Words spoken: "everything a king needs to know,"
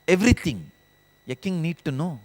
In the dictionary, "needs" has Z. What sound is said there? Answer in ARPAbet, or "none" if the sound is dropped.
none